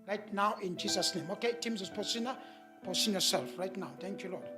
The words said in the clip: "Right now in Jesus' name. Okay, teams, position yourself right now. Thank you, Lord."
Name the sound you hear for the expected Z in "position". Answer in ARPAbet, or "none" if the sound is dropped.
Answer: S